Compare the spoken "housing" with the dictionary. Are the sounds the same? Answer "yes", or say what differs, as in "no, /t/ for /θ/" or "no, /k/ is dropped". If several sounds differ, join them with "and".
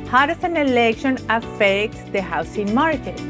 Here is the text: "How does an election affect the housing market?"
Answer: no, /s/ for /z/